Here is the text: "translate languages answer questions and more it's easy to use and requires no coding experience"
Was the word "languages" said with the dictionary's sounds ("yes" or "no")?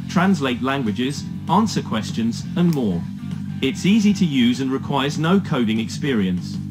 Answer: yes